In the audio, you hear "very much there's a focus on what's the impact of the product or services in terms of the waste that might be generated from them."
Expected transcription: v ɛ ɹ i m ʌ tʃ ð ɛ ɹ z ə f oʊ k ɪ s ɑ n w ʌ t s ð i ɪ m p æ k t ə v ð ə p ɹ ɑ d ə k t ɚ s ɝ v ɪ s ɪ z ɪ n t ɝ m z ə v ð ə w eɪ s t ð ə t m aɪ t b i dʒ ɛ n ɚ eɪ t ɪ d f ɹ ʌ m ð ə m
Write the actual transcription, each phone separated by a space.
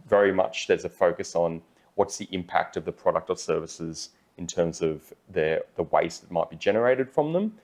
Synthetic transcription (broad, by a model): v ɛ ɹ i m ʌ tʃ ð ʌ ɹ z ə f oʊ k ɪ s n w ʌ t s ð i ɪ m p æ k t ə v ð ə p ɹ ɑ d ə k t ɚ s ɝ v ɪ s ɪ z ɪ n t ɝ m z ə v ð ə w eɪ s ð ə t m aɪ t b i dʒ ɛ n ɚ eɪ t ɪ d f ɹ ʌ m ð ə m